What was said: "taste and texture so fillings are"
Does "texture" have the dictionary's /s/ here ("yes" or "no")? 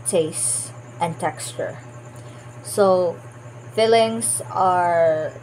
yes